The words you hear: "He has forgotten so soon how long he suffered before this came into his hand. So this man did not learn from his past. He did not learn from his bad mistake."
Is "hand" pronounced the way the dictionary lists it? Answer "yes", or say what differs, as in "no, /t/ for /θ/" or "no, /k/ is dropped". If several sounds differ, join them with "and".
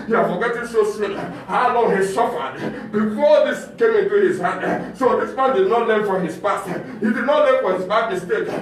no, /n/ is dropped